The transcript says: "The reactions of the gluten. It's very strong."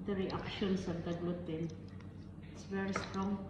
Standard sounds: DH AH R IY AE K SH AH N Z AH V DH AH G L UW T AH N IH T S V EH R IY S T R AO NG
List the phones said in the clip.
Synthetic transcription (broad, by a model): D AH R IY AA K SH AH N S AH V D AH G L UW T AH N IH T S V EH R IY S T R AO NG